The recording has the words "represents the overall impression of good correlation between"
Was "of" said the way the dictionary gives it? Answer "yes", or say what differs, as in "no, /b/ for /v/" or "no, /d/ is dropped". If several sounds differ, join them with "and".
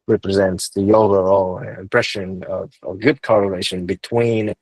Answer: yes